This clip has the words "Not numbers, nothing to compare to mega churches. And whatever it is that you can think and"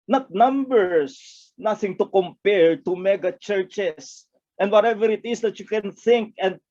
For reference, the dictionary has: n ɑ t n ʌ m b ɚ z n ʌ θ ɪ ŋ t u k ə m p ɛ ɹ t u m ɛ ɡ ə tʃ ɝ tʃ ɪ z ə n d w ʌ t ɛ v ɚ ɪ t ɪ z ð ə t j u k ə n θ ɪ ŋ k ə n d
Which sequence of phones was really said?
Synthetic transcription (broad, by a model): n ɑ t n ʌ m b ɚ s n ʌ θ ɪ ŋ t u k ə m p ɛ ɹ t u m ɛ ɡ ə tʃ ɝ tʃ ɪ s ə n d w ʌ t ɛ v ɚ ɪ t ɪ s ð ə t j u k ə n θ ɪ ŋ k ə n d